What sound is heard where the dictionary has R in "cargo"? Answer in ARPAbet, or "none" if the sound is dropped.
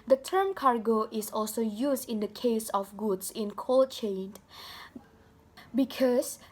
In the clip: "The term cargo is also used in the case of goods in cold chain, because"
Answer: R